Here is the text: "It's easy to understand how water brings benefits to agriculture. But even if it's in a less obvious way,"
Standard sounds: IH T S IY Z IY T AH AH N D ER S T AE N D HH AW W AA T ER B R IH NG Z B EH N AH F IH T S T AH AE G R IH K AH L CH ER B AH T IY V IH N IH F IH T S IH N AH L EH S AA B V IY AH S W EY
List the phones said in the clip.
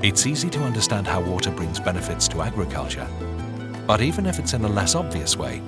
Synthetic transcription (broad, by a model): IH T S IY Z IY T AH AH N D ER S T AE N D HH AW W AA T ER B R IH NG Z B EH N AH F IH T S T AH AE G R IH K AH L CH ER B AH T IY V IH N IH F IH T S IH N AH L EH S AA B V IY AH S W EY